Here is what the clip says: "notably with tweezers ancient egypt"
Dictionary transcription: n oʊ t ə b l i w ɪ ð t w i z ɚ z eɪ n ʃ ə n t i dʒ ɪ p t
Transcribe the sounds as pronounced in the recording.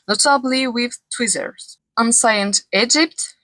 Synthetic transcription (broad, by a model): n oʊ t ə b l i w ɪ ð t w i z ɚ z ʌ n s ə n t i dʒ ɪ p t